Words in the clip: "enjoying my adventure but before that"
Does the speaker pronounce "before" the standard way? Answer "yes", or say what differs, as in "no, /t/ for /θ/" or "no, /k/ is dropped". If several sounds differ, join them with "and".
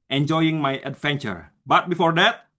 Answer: yes